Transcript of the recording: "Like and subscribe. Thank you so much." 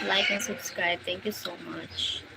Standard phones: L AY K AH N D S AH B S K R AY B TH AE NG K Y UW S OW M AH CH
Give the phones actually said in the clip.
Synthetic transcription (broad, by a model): L AY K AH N S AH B S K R AY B T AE NG K Y UW S OW M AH CH